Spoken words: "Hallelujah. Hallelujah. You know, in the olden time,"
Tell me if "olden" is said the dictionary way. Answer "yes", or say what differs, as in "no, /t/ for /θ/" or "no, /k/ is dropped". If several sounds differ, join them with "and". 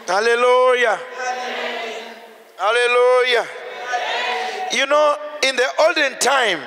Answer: yes